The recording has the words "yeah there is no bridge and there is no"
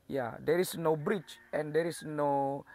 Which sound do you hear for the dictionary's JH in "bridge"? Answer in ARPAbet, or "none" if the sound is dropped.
CH